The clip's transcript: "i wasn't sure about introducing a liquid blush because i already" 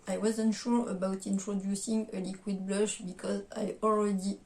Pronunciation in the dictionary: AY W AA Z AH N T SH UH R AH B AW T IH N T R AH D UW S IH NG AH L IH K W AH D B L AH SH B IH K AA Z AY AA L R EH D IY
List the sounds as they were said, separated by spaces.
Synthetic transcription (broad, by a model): AY W AA Z AH N T SH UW R AH B AW T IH N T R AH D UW S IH NG AH L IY K W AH D B L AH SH B IH K AA Z AY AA L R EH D IY